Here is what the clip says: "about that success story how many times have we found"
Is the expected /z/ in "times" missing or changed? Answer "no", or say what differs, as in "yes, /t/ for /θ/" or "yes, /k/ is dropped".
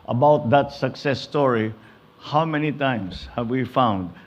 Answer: yes, /s/ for /z/